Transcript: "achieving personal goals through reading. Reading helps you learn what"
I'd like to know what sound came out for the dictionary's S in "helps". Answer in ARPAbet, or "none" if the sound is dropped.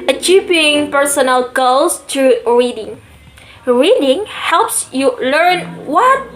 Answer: S